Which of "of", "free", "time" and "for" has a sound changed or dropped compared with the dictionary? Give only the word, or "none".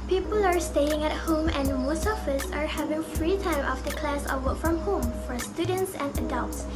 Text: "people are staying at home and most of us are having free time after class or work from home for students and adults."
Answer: of